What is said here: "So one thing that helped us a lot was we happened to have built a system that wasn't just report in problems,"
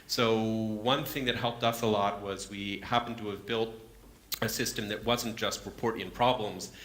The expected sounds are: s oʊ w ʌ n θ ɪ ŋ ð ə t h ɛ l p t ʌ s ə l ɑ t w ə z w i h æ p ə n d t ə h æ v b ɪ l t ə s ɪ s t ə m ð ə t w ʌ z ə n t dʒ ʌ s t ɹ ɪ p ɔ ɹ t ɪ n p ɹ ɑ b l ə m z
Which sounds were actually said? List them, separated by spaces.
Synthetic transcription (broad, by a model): s oʊ w ʌ n θ ɪ ŋ ð ə t h ɛ l p t ʌ s ə l ɑ t w ə z w i h æ p n t ə v b ɪ l t ə s ɪ s t ə m ð ə t w ʌ z n dʒ ʌ s t ɹ ɪ p ɔ ɹ t ɪ n p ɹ ɑ b l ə m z